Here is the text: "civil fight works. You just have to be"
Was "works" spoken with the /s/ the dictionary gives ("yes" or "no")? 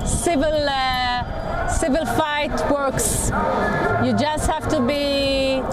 yes